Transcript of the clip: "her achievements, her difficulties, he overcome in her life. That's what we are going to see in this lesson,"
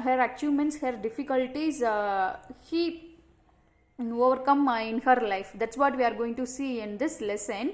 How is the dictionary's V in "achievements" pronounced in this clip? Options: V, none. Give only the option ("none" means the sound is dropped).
none